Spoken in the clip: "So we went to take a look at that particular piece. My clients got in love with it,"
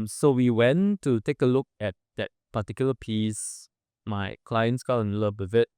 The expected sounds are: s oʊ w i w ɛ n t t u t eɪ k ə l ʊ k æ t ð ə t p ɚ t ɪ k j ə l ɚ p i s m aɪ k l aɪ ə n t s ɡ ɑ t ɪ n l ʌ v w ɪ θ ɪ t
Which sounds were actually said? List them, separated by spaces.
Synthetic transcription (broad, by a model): s oʊ w i w ɛ n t t u t eɪ k ə l ʊ k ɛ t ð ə t p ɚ t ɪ k j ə l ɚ p i s m aɪ k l aɪ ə n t s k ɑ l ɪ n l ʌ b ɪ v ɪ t